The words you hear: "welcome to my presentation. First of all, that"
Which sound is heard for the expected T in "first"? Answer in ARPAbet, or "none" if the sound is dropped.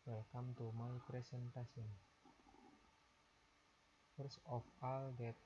none